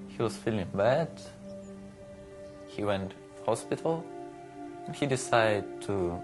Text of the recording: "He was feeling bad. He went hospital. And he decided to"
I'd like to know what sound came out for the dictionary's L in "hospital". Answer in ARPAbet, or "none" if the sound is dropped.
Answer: L